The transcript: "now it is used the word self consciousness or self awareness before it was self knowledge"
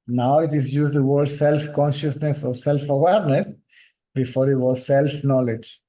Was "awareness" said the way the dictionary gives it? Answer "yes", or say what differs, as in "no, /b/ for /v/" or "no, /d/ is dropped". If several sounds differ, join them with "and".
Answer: yes